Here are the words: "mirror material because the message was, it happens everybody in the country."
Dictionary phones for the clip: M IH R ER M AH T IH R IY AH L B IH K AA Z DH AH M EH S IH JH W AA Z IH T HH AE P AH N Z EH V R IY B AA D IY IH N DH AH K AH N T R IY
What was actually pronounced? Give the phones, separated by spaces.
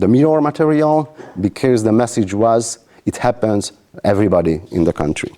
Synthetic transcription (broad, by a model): M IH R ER M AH T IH R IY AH L B IH K AA Z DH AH M EH S IH JH W AA Z IH T HH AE P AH N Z EH V R IY B AA D IY IH N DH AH K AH N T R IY